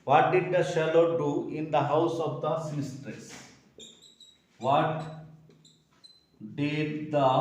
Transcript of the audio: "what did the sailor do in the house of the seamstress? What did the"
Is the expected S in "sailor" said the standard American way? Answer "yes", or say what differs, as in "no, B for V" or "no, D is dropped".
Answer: no, SH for S